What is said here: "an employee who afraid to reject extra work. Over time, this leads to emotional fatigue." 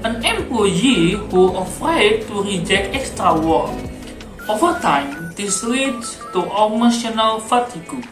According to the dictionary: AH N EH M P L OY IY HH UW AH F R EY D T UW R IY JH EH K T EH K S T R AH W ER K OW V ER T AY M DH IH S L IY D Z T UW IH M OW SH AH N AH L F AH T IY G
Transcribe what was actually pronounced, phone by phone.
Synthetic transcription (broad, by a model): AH N EH M P L OY IY HH UW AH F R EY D T UW R IY JH EH K T EH K S T R AH W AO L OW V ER T AY M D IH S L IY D T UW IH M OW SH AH N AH L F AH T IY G